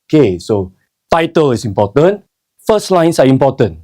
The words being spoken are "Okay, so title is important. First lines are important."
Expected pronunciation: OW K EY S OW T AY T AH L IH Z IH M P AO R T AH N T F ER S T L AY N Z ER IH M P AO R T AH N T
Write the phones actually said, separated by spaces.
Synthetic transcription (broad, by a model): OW K EY S OW T AY T AH L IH S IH M P AO T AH N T F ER S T L AY N S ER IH M P AO T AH N